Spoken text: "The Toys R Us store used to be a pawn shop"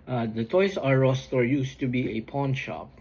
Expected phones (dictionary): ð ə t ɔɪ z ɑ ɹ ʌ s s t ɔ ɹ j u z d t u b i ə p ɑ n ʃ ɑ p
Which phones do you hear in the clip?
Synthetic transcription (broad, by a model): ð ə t ɔɪ s ɑ ɹ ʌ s s t ɔ ɹ j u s t u b i ə p ɑ n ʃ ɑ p